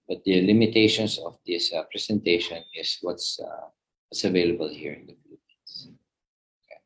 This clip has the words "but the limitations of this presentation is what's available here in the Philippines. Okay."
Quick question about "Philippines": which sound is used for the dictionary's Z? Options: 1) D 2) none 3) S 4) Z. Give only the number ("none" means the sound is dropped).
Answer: 3